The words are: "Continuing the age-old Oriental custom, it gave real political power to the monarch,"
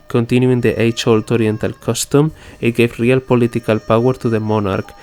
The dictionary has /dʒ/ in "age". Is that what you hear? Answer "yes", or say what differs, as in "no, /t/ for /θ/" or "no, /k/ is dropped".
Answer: no, /tʃ/ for /dʒ/